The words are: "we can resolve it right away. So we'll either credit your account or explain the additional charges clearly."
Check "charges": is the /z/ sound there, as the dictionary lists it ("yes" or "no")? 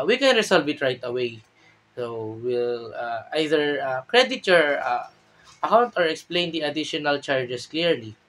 no